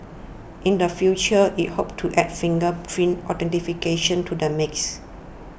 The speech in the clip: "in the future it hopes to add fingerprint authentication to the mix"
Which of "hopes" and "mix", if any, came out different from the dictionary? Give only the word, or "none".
hopes